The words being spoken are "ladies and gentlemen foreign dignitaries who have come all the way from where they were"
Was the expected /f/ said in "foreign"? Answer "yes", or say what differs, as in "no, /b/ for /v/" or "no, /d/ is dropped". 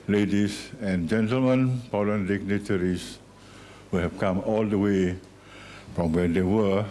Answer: no, /p/ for /f/